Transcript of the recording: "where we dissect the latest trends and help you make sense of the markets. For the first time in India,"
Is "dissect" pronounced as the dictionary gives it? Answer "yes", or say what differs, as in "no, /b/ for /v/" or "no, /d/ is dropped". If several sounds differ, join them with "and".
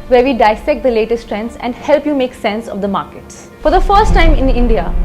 yes